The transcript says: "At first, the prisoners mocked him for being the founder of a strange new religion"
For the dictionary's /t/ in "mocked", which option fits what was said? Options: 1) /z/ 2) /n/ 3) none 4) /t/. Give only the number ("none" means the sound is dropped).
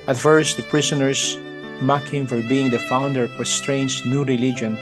3